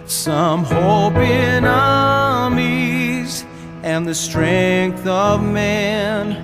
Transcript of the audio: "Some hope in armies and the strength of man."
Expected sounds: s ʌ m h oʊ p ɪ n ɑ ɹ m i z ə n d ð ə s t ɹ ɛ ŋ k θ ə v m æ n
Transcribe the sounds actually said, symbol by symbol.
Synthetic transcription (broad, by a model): s ʌ m h oʊ p ɪ n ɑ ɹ m i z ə n ð ə s t ɹ ɛ ŋ k θ ə v m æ n